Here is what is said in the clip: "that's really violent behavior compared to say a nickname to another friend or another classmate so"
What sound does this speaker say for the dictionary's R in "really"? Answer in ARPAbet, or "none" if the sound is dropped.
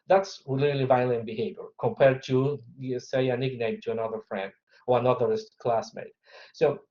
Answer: L